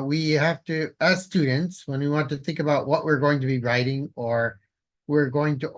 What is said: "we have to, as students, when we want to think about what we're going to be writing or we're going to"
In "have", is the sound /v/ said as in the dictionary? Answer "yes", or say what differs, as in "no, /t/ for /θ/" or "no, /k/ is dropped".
no, /f/ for /v/